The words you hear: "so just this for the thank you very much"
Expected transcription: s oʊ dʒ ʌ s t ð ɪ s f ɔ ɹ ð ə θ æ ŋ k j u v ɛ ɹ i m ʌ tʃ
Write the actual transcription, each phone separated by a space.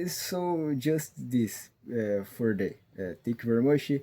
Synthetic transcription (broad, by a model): s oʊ dʒ ʌ s t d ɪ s f ɔ ɹ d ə t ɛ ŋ k j u v ɛ ɹ i m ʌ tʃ